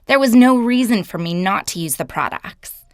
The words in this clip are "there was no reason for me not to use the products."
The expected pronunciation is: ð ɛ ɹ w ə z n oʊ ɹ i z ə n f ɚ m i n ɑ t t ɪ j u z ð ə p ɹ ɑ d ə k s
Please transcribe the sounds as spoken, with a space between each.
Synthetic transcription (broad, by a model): ð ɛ ɹ w ə z n oʊ ɹ i z ə n f ɚ m i n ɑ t t ɪ j u z ð ə p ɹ ɑ d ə k s